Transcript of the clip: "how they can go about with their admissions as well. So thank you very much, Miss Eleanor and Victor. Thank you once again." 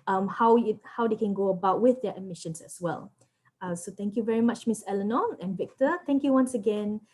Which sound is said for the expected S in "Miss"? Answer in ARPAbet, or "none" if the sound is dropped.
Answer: S